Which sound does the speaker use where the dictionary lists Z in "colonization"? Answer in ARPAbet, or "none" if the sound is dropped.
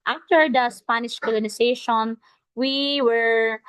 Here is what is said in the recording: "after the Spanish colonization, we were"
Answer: S